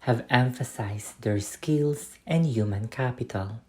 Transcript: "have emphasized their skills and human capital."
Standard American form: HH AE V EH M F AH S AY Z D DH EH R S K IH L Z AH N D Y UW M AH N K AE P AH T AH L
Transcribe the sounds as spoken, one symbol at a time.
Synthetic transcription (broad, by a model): HH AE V EH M F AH S AY S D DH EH R S K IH L S AH N D Y UW M AH N K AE P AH T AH L